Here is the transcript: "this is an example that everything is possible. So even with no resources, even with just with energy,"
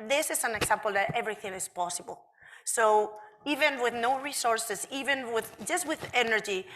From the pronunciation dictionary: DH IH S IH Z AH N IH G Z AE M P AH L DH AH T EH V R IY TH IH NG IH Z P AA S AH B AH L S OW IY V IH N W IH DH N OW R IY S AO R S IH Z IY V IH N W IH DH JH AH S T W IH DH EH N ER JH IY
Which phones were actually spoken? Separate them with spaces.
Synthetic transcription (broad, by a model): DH IH S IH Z AH N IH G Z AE M P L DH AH T EH V R IY TH IH NG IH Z P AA S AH B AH L S OW IY V IH N W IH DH N OW R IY S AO R S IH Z IY V IH N W IH DH JH AH S T W IH DH EH N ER JH IY